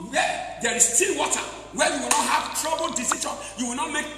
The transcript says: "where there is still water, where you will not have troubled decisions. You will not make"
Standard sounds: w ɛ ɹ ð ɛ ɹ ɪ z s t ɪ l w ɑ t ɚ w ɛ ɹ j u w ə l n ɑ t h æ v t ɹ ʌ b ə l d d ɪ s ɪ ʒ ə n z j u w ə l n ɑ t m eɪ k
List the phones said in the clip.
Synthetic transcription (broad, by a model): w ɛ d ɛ ɹ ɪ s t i n w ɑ t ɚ w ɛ j u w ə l n ɑ t h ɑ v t ɹ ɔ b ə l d d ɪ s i ʃ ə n j u w ə l n ɑ t m eɪ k